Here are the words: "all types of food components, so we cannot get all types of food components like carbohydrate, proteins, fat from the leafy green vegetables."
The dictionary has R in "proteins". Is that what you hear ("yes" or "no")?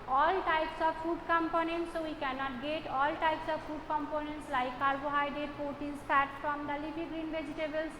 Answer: no